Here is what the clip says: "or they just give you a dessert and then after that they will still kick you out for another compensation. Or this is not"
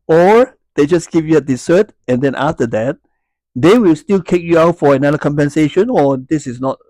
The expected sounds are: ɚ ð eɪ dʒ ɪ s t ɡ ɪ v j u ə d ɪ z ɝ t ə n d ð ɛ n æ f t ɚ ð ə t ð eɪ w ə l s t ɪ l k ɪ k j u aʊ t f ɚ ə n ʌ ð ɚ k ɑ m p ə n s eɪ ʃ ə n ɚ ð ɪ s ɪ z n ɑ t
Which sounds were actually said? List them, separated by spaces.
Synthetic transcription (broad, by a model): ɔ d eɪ dʒ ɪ s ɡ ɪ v j u ə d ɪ s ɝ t ə n d ɛ n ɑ f t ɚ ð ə t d eɪ w ə l s t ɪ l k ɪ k j u aʊ t f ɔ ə n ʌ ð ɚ k ɑ m p ə n s eɪ ʃ ə n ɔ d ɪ s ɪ s n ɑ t